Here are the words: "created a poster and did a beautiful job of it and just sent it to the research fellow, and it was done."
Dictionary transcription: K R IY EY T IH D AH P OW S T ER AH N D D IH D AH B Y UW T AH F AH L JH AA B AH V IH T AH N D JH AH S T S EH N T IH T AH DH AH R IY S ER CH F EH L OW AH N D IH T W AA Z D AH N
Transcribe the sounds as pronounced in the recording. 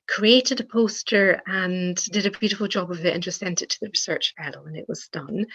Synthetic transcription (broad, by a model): K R IY EY T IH D AH P OW S T ER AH N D D IH D AH B Y UW T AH F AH L JH AA B AH V IH T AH N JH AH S S EH N T IH T AH DH AH R IY S ER CH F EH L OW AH N IH T W AA Z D AH N